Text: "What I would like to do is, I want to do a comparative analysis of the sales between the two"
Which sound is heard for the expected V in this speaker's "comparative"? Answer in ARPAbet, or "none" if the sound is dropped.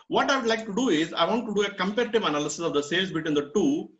V